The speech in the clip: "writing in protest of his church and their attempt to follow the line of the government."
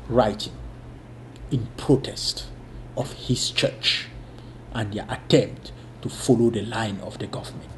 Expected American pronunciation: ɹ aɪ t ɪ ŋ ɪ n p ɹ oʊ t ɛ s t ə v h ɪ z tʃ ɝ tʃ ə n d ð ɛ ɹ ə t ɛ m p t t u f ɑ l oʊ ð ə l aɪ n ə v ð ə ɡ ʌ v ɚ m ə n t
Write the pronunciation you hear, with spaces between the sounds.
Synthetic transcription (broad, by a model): ɹ aɪ t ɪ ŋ ɪ n p ɹ oʊ t ɛ s t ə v h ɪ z tʃ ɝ tʃ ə n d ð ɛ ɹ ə t ɛ m p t t u f ɑ l oʊ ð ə l aɪ n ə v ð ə ɡ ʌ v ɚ m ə n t